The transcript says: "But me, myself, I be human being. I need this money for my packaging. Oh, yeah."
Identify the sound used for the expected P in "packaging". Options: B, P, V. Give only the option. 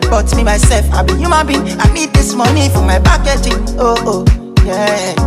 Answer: B